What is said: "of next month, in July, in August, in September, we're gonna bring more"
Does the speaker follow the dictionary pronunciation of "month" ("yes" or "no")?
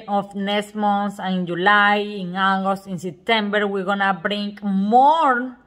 no